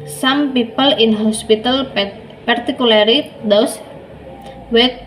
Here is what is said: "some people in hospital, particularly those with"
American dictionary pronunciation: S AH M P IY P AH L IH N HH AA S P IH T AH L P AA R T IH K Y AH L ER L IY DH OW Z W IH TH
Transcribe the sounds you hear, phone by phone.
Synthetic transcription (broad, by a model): S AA M P IY P AH L IH N HH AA S P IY T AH L P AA R T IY K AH L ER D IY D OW S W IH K